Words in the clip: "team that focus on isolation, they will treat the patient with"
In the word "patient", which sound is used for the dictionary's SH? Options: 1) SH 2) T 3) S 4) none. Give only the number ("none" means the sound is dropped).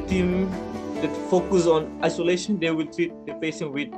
3